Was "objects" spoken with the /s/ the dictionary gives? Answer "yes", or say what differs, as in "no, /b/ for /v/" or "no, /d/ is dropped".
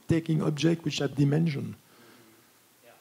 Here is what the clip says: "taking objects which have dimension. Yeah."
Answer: no, /s/ is dropped